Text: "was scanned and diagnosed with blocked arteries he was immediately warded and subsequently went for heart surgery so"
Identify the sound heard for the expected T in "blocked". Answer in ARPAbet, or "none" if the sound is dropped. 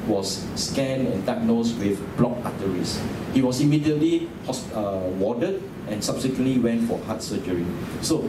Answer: none